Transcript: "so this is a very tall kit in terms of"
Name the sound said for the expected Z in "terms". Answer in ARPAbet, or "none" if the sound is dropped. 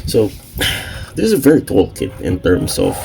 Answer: S